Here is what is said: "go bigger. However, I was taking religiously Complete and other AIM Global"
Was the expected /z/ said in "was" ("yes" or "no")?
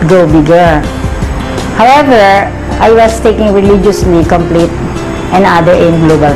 no